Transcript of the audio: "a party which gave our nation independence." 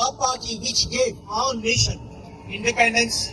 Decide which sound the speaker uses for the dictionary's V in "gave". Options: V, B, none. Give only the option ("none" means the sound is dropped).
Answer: none